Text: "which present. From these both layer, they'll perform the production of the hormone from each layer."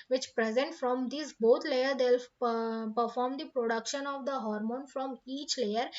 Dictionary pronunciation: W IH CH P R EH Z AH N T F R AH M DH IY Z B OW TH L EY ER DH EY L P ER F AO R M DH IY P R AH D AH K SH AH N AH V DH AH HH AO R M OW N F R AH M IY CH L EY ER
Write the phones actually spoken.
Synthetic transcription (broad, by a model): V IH CH P R EH Z AH N T F R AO M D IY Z B OW T L EY ER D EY L P ER F AO R M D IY P R AH D AH K SH AH N AH V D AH HH AO R M OW N F R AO M IY CH L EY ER